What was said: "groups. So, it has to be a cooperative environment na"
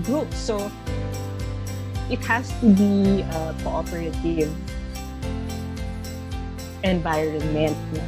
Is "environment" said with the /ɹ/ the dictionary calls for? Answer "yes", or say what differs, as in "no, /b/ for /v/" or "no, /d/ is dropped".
no, /ɹ/ is dropped